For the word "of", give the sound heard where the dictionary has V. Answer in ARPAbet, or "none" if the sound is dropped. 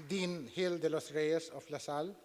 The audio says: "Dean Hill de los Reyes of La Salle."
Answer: P